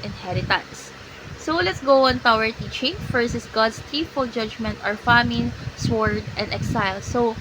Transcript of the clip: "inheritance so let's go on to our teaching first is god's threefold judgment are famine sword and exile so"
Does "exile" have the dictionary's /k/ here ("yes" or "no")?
yes